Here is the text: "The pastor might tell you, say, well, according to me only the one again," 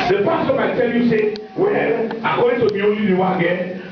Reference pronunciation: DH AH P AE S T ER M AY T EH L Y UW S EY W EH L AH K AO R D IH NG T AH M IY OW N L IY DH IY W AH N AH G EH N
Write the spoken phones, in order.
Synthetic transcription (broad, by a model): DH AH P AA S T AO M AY T EH L Y UW S EY W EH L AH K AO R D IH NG T AH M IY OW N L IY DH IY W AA AH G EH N